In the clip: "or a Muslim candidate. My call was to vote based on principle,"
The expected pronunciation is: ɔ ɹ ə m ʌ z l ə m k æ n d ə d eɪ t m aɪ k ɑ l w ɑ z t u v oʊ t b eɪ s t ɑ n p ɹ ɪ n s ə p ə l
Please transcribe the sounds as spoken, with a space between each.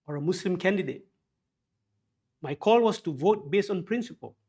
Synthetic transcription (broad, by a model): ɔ ɹ ə m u s l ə m k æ n d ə d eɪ t m aɪ k ɑ l w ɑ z t u v oʊ t b eɪ s t ɑ n p ɹ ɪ n s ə p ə l